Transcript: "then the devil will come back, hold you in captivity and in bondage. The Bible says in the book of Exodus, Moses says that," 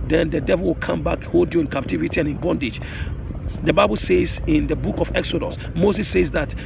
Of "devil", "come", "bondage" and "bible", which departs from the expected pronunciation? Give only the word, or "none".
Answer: none